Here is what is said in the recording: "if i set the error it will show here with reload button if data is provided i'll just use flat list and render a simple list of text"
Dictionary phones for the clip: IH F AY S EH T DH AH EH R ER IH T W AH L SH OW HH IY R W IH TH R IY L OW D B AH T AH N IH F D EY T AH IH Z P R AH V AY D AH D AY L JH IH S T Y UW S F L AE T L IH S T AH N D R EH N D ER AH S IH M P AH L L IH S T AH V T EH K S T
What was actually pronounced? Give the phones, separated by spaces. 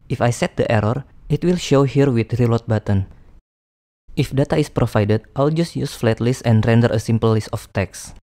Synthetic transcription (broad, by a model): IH F AY S EH T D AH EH R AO IH T W AH L SH OW HH IY R W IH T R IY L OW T B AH T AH N IH F D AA T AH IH S P R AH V AY D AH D AY L JH IH S T Y UW S F L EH T L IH S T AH N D R EH N D ER AH S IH M P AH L L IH S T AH F T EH K S